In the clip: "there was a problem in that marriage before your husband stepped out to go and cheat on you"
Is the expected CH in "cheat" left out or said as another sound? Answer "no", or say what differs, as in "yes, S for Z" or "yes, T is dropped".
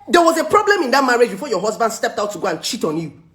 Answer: no